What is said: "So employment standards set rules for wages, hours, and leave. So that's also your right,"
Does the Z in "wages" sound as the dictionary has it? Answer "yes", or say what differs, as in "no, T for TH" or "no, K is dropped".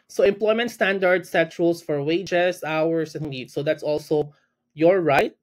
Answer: no, S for Z